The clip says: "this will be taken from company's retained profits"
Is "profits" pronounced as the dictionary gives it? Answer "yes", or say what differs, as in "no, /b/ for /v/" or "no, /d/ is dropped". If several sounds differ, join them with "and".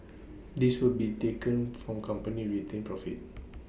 no, /s/ is dropped